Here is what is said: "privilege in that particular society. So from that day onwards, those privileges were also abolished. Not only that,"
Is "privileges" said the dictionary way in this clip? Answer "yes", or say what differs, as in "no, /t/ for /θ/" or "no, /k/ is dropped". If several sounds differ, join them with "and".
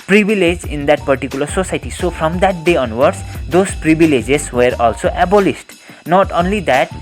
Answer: no, /b/ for /v/